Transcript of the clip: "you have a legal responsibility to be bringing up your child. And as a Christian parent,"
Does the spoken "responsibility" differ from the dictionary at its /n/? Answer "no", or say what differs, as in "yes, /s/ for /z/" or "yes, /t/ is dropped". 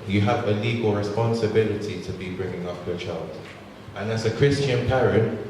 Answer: no